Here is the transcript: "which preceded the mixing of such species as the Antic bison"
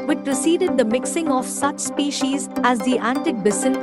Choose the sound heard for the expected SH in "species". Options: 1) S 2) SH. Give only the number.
2